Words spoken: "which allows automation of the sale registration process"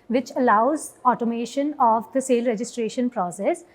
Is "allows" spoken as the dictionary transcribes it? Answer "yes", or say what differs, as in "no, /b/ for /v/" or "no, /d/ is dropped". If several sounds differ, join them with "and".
yes